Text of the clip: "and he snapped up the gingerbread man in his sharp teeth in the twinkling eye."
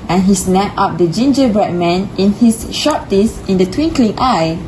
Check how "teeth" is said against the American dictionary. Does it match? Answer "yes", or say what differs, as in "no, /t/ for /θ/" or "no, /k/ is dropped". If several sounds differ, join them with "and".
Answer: no, /s/ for /θ/